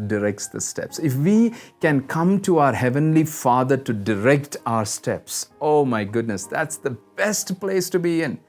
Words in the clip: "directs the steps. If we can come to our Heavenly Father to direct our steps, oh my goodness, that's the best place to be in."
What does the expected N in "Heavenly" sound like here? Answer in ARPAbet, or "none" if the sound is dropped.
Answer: N